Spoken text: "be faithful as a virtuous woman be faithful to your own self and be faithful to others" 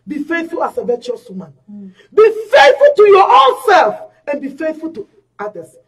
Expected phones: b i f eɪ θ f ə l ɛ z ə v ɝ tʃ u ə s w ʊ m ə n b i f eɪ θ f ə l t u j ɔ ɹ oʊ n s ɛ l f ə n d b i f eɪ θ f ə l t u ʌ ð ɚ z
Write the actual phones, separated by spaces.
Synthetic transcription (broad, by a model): b i f eɪ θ f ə l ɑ s ə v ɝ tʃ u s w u m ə n b i f eɪ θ f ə l t u j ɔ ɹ oʊ n s ɛ l f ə n b i f eɪ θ f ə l t u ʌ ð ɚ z